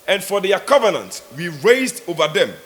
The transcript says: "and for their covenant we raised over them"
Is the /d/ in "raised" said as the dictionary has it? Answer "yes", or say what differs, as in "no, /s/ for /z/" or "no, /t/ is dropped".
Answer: yes